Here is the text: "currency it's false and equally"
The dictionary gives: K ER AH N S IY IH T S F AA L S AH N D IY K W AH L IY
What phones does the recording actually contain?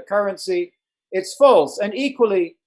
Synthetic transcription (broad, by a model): K ER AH N S IY IH T S F AA L S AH N IY K W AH L IY